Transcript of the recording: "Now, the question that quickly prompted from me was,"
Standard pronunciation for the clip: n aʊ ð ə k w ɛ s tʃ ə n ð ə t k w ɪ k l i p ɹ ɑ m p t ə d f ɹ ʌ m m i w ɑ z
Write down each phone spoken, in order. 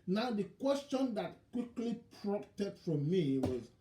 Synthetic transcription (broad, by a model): n aʊ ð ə k w ɛ s tʃ ə n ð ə t k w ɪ k l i p ɹ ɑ p t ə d f ɹ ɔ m m i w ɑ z